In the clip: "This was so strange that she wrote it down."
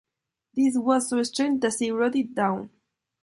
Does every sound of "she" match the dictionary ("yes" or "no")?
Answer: no